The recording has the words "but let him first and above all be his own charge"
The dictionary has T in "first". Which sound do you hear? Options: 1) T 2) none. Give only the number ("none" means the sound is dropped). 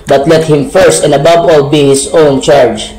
1